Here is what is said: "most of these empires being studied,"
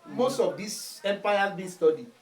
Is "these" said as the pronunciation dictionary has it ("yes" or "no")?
no